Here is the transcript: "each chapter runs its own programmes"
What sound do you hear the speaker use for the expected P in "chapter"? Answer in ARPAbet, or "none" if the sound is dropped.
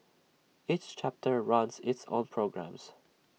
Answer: P